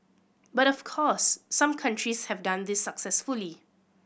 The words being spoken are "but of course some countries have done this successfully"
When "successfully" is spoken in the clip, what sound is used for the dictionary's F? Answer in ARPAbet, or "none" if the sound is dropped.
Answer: F